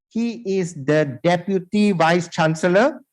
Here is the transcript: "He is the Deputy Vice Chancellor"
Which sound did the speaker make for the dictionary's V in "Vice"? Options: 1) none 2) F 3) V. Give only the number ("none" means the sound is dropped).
3